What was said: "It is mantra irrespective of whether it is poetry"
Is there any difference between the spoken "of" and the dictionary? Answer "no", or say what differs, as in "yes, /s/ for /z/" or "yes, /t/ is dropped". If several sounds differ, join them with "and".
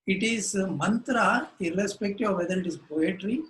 no